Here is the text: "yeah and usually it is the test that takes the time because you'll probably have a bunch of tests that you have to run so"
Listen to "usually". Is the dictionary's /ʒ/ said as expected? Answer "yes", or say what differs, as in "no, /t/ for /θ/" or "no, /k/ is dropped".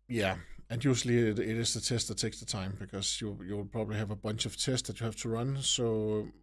no, /s/ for /ʒ/